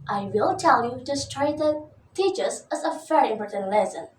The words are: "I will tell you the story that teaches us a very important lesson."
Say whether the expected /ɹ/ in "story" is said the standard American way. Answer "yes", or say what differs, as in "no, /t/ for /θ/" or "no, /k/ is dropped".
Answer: no, /ɹ/ is dropped